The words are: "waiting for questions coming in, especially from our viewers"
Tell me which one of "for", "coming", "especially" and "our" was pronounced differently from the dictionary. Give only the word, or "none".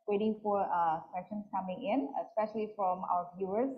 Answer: none